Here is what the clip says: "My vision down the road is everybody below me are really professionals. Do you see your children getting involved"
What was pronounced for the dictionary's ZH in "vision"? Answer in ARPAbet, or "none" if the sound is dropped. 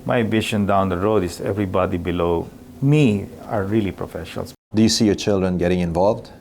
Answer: SH